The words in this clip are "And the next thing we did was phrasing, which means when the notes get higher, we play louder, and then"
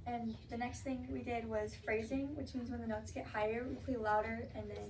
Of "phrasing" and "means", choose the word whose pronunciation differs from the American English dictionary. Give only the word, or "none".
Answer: none